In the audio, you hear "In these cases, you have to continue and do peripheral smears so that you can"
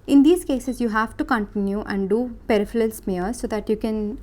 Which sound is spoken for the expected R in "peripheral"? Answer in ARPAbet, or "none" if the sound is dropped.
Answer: L